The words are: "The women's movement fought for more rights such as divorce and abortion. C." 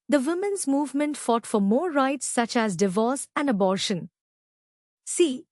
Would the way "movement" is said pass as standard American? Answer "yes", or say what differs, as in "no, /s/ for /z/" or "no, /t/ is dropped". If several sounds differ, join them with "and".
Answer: yes